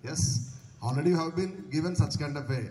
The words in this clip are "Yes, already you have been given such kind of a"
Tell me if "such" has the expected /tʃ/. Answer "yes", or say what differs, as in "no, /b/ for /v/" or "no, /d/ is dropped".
yes